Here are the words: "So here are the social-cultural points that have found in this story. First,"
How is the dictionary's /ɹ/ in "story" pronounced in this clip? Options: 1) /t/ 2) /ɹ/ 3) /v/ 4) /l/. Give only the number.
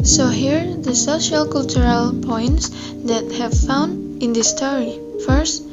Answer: 2